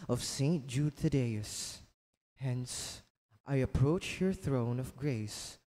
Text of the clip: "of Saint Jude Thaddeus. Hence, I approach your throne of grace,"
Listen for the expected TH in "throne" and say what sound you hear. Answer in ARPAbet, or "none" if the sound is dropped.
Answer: TH